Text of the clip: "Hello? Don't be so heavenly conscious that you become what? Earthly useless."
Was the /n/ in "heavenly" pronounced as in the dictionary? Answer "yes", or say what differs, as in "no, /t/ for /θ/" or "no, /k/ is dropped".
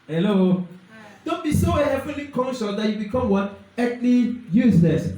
no, /n/ is dropped